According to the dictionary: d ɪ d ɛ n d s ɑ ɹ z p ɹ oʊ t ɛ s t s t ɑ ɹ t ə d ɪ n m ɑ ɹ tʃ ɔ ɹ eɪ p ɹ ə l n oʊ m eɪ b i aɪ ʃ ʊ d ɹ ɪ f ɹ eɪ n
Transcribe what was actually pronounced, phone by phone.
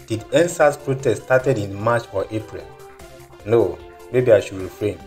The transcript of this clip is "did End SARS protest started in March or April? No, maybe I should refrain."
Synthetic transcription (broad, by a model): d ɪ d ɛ n s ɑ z p ɹ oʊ t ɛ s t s t ɑ t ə d ɪ n m ɑ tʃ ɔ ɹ eɪ p ɹ ə l n oʊ m eɪ b i aɪ ʃ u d ɹ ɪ f ɹ eɪ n